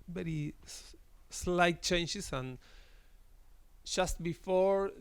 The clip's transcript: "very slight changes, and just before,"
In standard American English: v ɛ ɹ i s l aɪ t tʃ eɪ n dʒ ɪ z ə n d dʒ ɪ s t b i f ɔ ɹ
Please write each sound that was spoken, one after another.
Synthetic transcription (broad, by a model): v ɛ ɹ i s l aɪ t tʃ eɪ n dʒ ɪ s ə n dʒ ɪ s t b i f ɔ ɹ